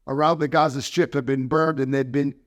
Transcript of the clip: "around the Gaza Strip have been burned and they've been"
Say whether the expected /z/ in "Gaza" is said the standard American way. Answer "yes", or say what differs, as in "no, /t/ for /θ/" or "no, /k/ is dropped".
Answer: yes